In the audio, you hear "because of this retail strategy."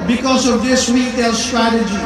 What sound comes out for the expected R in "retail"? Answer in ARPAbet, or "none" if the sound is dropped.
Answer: W